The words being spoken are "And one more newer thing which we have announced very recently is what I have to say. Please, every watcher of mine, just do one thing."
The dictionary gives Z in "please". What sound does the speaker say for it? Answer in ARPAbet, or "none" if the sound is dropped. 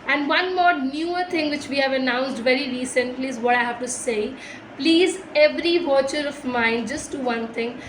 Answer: Z